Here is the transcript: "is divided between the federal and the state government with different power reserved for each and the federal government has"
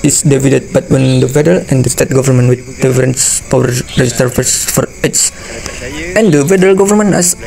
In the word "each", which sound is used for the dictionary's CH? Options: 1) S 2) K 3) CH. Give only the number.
1